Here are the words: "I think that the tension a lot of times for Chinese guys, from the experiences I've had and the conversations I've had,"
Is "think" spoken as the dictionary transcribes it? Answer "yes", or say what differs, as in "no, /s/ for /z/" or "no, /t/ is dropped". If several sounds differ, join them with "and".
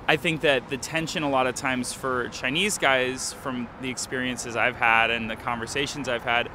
yes